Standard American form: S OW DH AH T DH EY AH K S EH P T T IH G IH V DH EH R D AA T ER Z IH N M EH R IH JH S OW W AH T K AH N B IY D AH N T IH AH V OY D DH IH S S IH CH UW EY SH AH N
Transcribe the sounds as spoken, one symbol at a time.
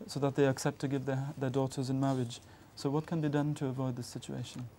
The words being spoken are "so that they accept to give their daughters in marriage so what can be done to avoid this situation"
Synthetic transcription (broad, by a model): S OW DH AH T DH EY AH K S EH P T T IH G IH V DH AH R D AA T ER Z IH N M EH R IH JH S OW W AH T K AH N B IY D AH N T IH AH V OY D DH IH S S IH CH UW EY SH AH N